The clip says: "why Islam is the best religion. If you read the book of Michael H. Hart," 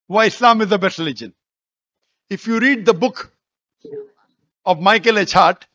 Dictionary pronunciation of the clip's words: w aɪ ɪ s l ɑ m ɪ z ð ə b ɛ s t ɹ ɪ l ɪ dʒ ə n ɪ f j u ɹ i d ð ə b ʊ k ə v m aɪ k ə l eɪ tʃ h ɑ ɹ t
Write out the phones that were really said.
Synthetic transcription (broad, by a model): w aɪ ɪ s l ɑ m ɪ z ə b ɛ s t ɹ ɪ l ɪ dʒ ə n ɪ f j u ɹ i d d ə b ʊ k ə v m aɪ k ə l eɪ tʃ ɑ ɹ t